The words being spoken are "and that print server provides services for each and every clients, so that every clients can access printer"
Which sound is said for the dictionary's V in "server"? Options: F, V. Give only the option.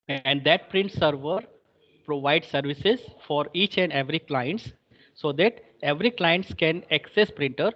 V